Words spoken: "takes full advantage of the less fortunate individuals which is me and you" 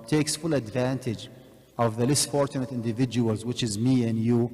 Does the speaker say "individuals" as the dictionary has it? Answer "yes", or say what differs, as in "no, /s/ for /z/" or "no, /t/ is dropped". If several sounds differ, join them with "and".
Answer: yes